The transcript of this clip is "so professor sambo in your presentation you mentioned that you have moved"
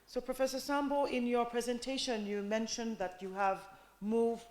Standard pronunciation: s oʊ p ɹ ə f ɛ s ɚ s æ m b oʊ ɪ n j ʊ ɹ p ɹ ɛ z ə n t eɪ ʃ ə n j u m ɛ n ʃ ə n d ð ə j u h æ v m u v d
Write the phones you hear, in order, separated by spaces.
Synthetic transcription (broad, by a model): s oʊ p ɹ ə f ɛ s ɚ s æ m b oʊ ɪ n j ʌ ɹ p ɹ ɛ z ə n t eɪ ʃ ə n j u m ɛ n ʃ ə n ð ə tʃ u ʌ v m u v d